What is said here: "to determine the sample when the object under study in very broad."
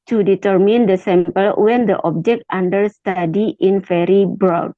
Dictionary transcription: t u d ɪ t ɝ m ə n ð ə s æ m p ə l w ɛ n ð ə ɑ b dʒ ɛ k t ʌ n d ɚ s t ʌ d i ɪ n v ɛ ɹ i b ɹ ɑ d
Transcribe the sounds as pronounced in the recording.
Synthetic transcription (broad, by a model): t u d ɪ t ɝ m ə n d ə s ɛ m p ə l w ɛ n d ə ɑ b dʒ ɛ k t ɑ n d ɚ s t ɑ d i ɪ n f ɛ ɹ i b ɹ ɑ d